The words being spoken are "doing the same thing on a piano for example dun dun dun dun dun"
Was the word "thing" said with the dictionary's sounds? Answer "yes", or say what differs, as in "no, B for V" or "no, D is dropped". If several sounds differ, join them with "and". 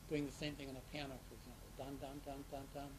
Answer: yes